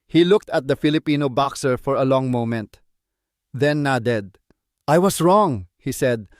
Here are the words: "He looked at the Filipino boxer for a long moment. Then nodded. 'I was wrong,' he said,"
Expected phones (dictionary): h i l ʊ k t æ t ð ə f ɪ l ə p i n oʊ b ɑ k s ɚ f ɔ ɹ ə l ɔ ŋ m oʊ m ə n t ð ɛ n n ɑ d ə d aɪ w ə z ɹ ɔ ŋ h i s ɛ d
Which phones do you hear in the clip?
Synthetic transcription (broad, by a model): h i l ʊ k t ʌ t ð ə f ɪ l ə p i n oʊ b ɑ k s ɚ f ɔ ɹ ə l ɔ ŋ m oʊ m ə n t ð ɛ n n ɑ d ə d aɪ w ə s ɹ ɔ ŋ h i s ɛ d